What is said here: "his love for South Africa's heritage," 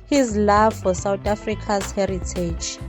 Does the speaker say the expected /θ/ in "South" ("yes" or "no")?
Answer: no